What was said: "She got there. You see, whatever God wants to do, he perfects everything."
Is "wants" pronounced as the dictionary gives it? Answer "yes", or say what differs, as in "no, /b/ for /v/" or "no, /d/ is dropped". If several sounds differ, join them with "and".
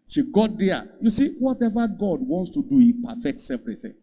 yes